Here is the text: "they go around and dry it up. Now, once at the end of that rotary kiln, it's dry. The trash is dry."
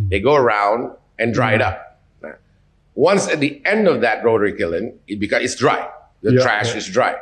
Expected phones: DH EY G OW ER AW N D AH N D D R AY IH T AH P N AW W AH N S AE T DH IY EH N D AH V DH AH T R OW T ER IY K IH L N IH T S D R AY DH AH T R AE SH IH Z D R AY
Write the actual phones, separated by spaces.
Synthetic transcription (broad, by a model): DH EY G OW ER AW N D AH N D D R AY IH T AH P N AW W AH N S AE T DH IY EH N D AH V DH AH T R OW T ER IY K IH L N IH T S D R AY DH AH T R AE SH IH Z D R AY